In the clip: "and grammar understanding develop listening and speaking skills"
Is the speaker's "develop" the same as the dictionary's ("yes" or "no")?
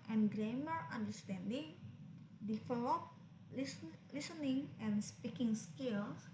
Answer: no